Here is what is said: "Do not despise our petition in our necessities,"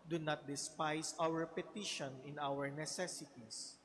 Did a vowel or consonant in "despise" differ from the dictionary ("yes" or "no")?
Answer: yes